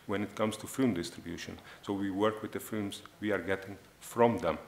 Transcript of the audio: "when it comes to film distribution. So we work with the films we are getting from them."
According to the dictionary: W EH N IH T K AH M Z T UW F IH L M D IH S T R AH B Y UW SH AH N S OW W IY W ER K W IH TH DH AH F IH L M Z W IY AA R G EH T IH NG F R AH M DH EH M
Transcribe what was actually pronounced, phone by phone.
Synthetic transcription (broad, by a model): W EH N IH T K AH M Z T UW F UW M D IH S T R AH B Y UW SH AH N S OW W IY W ER K W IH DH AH F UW M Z W IY AA R G EH T IH NG F R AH M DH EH M